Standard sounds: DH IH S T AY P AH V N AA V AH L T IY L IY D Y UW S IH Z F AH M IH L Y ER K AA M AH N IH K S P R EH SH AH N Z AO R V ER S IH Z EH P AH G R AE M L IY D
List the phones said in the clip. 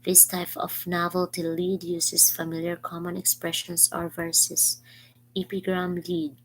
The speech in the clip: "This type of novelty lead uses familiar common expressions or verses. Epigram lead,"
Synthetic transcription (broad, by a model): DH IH S T AY P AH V N AA V AH L T IY L IY D Y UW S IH S F AH M IH L Y ER K AA M AH N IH K S P R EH SH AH N S AO R V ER S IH S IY P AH G R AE M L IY D